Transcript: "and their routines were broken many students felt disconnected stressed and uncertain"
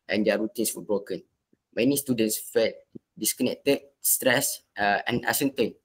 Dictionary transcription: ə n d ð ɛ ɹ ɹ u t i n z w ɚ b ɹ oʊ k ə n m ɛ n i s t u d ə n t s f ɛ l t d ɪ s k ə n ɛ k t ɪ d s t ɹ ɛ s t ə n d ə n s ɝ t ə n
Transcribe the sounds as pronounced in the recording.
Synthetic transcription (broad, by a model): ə n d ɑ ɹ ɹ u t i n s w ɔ b ɹ oʊ k ə n m ɛ n i s t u d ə n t s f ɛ t d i s k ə n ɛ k t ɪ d s t ɹ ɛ s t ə n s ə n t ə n